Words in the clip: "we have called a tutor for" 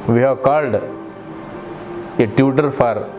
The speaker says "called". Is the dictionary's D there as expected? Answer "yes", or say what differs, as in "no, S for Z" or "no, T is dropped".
yes